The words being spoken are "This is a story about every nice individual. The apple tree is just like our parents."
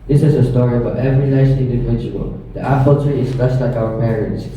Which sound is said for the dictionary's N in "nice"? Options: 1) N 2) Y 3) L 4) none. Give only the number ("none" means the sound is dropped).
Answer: 3